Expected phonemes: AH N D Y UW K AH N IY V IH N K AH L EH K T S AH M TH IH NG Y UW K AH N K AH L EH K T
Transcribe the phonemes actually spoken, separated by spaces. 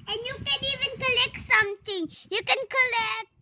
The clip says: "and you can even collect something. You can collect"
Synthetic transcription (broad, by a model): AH N Y UW K AH N IY V IH N K AH L EH K T S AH M T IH NG Y UW K AH N K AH L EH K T